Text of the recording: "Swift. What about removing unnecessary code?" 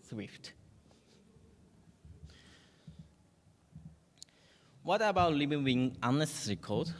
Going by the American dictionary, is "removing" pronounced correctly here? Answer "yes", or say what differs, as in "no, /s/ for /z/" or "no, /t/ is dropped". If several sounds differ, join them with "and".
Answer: no, /l/ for /ɹ/